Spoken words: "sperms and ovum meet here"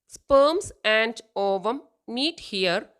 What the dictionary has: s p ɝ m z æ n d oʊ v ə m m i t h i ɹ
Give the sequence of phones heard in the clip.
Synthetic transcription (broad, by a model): s p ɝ m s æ n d oʊ v ə m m i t h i ɹ